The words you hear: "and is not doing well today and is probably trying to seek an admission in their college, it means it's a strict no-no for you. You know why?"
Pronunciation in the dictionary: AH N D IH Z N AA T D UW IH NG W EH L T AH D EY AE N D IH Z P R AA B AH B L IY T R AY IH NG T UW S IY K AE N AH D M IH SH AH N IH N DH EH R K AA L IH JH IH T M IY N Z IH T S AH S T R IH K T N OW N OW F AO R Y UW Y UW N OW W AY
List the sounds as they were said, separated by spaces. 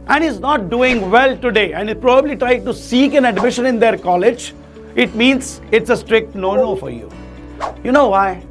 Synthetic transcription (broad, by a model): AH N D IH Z N AA T D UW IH NG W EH L T AH D EY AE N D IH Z P R AA B AH B L IY T R AY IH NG T UW S IY K AE N AH D M IH SH AH N IH N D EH R K AA L IH JH IH T M IY N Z IH T S AH S T R IH K T N OW N OW F AO R Y UW Y UW N OW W AY